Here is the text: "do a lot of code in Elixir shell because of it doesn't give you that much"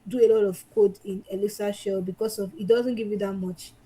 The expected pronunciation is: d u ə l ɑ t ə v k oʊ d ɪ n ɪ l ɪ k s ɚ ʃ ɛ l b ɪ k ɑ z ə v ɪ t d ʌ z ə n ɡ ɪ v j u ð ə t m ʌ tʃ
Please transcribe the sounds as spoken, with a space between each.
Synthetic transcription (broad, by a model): d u ə l ɑ t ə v k oʊ d ɪ n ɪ l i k s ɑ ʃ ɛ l b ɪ k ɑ s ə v ɪ t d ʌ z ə n ɡ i v j u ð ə t m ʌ tʃ